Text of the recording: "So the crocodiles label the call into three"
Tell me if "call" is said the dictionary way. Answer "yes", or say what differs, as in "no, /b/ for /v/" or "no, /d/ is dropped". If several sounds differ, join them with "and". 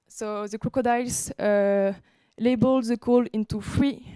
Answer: yes